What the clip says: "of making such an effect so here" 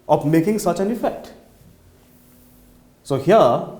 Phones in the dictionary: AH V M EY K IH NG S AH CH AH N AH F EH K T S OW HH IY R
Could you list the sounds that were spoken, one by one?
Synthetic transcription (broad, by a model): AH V M EY K IH NG S AH CH AH N AH F EH K T S OW HH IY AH